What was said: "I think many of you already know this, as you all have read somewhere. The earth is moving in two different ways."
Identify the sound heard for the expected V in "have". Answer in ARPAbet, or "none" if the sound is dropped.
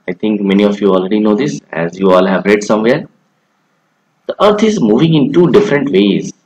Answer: V